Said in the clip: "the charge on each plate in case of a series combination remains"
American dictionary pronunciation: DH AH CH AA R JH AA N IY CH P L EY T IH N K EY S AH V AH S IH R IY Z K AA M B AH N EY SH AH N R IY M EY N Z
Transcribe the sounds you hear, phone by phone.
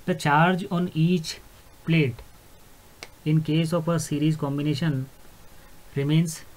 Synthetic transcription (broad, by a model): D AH CH AA R JH AA N IY CH P L EY T IH N K EY S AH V AH S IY R IY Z K AA M B AH N EY SH AH N R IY M EY N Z